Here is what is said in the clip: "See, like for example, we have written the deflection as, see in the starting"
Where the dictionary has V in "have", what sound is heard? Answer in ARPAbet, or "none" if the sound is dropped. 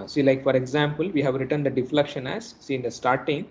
V